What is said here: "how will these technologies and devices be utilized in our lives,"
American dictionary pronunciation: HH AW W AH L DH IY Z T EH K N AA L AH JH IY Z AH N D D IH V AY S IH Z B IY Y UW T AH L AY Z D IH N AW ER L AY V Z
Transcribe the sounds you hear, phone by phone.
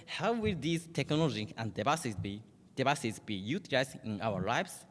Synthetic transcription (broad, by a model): HH AW W AH L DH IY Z T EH K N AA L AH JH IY AH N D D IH B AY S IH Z B IY Y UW T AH L AY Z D IH N AW ER L AY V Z